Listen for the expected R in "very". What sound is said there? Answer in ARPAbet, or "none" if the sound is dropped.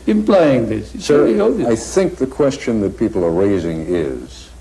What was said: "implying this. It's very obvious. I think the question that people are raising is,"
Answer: none